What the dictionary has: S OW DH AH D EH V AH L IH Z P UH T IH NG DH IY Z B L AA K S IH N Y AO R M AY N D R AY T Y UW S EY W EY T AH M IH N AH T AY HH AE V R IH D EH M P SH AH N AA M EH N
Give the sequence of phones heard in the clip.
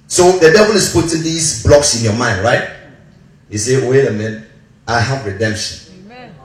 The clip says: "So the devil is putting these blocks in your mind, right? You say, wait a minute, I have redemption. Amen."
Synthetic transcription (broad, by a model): S OW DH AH D EH V AH L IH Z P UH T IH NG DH IY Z B L AA K S IH N Y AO M AY N D R AY T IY S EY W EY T AH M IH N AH IH HH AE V R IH D EH M P SH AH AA N